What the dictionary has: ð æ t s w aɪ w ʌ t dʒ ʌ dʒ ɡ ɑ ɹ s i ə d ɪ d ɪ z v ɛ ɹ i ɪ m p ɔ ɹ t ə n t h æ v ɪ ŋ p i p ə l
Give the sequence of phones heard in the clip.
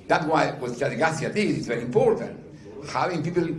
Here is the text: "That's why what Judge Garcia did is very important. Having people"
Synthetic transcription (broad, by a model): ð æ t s w aɪ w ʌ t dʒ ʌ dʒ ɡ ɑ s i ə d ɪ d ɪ s v ɛ ɹ i ɪ m p ɔ ɹ t ə n t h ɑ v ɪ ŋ p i p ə l